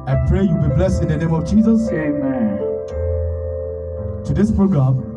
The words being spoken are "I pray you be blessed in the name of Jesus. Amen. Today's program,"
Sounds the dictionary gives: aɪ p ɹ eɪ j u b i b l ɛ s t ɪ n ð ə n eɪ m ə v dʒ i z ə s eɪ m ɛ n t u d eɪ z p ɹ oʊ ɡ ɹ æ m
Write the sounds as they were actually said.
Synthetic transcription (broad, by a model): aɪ p ɹ eɪ j u b i b l ɛ s t ɪ n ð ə n eɪ m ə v dʒ i z ə s eɪ m ɛ n t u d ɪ s p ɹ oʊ ɡ ɹ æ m